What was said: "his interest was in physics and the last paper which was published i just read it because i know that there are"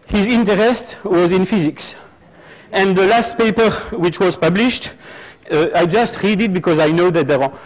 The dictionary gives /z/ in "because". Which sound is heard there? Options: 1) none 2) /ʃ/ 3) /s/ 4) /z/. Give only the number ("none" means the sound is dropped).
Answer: 4